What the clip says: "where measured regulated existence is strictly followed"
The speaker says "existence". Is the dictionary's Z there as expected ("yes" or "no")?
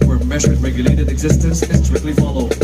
yes